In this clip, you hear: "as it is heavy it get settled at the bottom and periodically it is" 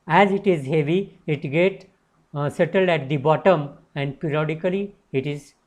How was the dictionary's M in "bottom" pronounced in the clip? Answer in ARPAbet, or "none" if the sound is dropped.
M